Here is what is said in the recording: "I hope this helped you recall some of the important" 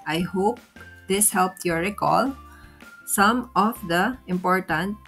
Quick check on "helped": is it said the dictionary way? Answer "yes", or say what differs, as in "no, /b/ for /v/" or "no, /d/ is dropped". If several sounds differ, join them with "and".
yes